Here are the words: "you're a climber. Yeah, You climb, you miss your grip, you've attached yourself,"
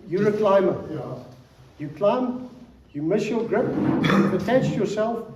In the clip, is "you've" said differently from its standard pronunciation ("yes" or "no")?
yes